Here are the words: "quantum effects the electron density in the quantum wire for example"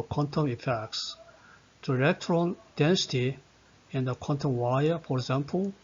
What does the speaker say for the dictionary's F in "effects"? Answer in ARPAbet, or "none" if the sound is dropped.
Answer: F